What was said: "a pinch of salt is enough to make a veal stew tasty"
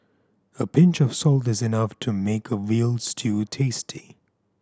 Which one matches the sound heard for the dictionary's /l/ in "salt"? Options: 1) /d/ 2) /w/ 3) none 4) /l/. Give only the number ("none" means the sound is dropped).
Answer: 4